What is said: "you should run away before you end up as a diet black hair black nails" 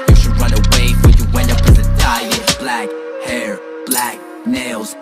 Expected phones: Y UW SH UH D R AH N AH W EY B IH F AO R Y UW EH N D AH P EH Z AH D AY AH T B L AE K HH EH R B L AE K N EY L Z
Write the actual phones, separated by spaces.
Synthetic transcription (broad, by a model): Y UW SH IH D R AH N AH W EY IH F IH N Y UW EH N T AH P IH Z AH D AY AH B L AE K HH EH R B L AE K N EY L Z